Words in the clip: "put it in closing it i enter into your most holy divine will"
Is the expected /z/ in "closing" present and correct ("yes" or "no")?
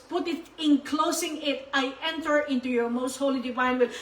no